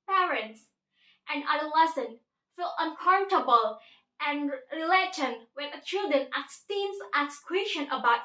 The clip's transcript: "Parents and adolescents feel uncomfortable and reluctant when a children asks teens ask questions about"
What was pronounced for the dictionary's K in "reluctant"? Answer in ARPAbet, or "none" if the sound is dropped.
none